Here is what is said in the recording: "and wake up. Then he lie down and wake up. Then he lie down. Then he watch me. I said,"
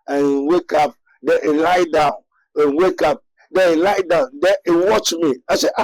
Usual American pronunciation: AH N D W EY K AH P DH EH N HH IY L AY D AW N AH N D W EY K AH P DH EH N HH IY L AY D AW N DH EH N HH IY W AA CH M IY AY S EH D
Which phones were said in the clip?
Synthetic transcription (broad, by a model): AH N W EY K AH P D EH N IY L AY D AW N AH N W EY K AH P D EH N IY L AY D AW N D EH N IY W AA CH M IY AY S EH